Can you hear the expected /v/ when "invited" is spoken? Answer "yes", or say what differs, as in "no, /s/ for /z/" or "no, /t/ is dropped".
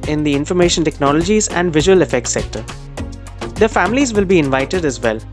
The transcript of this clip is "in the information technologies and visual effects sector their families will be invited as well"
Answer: yes